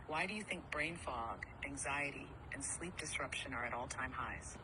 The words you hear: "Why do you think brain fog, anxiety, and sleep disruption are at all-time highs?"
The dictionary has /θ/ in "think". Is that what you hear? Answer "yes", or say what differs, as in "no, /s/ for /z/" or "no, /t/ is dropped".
yes